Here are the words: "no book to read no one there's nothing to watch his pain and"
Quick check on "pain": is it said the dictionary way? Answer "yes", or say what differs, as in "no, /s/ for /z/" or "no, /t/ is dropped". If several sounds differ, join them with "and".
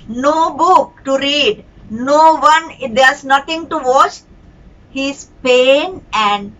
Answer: yes